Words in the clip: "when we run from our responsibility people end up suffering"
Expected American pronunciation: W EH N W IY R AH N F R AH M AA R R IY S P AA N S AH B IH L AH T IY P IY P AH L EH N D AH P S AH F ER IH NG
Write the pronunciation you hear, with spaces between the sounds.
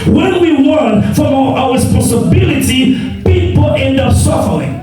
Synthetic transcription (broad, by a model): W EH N W IY W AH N F R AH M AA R R IY S P AA N S AH B IH L AH T IY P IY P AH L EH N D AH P S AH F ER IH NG